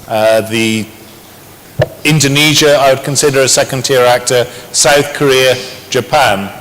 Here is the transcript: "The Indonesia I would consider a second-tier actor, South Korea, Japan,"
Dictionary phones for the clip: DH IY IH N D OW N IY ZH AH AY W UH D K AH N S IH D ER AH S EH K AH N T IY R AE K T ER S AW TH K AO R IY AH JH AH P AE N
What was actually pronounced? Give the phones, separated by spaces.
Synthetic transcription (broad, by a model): DH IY IH N D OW N IY ZH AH AY W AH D K AH N S IH D ER AH S EH K AH N T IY R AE K T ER S AW TH K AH R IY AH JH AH P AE N